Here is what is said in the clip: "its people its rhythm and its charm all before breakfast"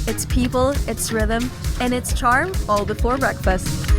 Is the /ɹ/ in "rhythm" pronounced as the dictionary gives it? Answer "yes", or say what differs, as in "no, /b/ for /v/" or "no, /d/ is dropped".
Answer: yes